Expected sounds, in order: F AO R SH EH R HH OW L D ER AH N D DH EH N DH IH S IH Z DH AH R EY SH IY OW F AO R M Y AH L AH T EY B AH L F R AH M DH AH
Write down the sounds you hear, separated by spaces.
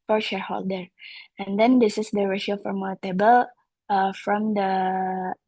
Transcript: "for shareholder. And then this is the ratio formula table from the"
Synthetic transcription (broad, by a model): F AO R SH EH R HH OW L D ER AH N D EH N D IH S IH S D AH R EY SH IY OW F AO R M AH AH T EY B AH L F R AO M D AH